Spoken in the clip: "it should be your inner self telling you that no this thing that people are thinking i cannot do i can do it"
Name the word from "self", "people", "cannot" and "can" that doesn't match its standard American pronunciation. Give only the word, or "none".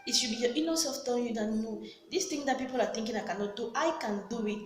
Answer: self